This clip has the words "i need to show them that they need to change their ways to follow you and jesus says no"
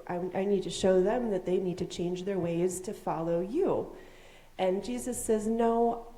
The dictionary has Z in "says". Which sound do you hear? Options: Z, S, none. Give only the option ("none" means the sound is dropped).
Z